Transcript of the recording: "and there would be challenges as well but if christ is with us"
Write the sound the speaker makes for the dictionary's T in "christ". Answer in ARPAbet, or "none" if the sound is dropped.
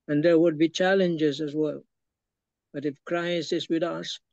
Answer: none